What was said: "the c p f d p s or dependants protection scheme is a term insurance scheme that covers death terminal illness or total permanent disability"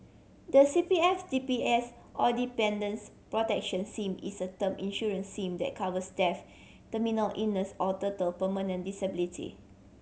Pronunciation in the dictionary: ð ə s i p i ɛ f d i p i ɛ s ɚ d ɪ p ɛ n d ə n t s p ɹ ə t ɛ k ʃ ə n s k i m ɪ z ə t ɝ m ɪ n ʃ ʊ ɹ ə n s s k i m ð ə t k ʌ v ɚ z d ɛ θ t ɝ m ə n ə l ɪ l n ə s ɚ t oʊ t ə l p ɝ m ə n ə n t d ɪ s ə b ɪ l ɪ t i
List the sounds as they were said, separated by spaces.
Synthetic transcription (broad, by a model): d ə s i p i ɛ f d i p i ɛ s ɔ d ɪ p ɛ n d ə n s p ɹ ə t ɛ k ʃ ə n s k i m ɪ s ə t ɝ m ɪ n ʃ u ɹ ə n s s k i m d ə t k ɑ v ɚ s d ɛ f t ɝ m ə n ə l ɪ n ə s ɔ t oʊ t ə l p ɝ m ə n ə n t d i s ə b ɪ l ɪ t i